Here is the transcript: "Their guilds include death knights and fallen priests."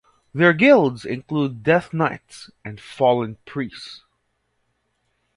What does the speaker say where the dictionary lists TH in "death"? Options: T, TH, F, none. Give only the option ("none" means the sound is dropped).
TH